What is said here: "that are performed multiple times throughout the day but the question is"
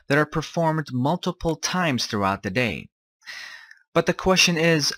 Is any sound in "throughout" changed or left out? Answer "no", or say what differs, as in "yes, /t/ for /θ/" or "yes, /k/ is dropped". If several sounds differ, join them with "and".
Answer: no